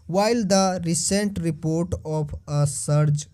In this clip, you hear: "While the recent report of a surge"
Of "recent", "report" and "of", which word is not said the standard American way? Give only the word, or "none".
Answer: of